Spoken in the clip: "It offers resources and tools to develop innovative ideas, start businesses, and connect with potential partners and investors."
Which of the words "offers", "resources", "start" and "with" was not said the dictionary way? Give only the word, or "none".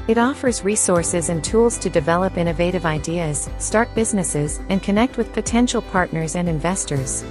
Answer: none